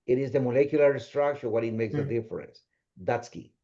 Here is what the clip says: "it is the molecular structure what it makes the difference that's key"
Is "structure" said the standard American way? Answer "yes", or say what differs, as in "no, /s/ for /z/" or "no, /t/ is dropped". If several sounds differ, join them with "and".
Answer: no, /ʃ/ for /tʃ/